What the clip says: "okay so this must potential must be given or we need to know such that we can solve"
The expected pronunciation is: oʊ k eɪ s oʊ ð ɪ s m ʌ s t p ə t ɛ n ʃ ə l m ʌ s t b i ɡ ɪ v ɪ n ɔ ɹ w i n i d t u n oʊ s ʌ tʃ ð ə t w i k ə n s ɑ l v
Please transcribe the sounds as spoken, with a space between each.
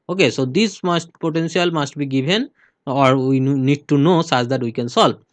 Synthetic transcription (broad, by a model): oʊ k eɪ s oʊ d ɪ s m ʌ s t p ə t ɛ n s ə l m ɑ s t b i ɡ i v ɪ n ɔ ɹ w i n i d t u n oʊ s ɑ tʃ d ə t w i k ə n s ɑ l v